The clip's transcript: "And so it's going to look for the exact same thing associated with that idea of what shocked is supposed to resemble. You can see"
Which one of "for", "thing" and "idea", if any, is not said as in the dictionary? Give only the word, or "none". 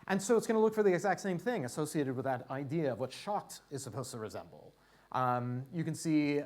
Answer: none